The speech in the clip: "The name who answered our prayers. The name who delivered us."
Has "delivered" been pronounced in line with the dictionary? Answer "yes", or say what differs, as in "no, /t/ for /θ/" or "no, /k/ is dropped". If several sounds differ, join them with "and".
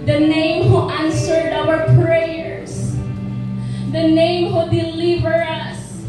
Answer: yes